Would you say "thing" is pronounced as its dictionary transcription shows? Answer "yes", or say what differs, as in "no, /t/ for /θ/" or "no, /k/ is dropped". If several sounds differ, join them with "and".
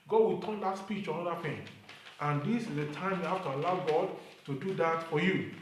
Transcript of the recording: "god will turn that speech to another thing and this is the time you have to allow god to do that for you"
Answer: no, /f/ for /θ/